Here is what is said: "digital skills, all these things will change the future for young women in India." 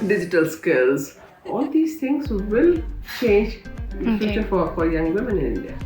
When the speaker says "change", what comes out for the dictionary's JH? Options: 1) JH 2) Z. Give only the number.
1